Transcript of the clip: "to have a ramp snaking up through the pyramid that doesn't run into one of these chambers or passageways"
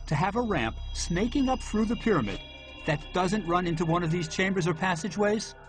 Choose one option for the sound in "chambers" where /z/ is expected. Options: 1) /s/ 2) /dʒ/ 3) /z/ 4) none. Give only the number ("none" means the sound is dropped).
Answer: 3